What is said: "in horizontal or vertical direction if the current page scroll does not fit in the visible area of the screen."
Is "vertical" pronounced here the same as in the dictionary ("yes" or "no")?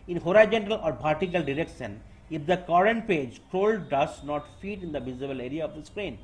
no